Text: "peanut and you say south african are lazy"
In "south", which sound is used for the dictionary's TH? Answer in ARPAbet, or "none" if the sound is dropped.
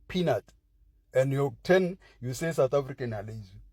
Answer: T